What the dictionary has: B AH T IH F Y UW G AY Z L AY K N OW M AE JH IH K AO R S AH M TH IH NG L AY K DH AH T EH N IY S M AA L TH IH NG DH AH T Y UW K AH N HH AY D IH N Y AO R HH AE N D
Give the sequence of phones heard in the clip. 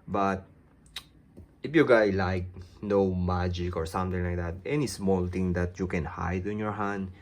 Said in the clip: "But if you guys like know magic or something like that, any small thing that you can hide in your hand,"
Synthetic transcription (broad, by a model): B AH T IH F Y UW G AY L AY K N OW M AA JH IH K AO R S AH M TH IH NG L AY K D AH T EH N IY S M AA L T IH NG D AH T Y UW K AH N HH AY D IH N Y AO R HH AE N D